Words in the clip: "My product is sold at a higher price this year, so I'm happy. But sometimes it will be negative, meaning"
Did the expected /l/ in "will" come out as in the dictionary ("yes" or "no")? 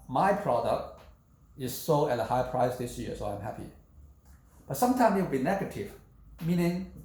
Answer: no